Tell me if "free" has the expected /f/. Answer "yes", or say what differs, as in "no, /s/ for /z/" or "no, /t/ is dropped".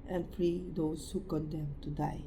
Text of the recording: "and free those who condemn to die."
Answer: yes